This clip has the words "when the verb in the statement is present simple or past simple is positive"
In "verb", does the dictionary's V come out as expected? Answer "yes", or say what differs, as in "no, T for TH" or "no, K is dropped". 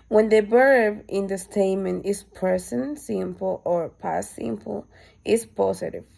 no, B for V